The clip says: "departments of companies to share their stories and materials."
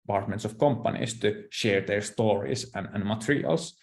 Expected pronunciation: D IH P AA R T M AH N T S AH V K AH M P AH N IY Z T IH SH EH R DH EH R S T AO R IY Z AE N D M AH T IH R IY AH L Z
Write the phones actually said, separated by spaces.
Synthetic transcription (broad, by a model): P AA R T M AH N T S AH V K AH M P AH N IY S T IH SH EH R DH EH R S T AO R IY S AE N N M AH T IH R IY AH L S